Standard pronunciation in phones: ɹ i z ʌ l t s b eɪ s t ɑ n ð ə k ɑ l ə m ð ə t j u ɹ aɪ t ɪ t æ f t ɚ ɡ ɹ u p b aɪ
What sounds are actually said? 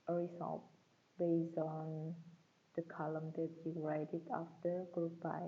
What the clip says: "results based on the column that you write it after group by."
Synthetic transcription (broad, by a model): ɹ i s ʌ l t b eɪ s ɑ n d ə k ɑ l ə m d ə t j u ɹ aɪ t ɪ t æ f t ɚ ɡ ɹ u p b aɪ